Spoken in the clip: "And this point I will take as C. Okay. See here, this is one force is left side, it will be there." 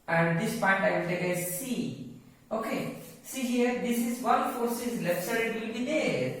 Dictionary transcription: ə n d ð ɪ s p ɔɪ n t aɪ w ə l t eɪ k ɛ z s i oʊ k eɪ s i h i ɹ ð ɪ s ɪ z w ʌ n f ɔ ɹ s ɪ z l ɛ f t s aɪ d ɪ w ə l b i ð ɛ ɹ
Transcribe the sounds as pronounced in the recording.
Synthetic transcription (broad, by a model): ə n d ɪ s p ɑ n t aɪ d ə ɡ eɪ ɪ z s i oʊ k eɪ s i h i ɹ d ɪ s ɪ z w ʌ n f ɔ ɹ s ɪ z l ɛ f t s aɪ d ɪ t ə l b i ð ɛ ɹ